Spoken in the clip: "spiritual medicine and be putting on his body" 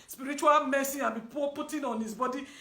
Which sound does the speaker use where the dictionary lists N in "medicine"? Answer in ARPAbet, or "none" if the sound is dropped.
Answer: none